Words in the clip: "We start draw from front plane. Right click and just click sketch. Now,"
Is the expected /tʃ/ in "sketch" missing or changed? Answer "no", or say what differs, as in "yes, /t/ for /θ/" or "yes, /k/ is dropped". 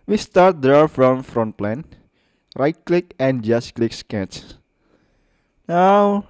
yes, /s/ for /tʃ/